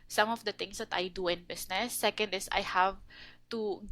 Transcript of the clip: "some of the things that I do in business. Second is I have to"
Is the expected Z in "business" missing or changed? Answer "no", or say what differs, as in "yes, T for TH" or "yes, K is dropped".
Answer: yes, S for Z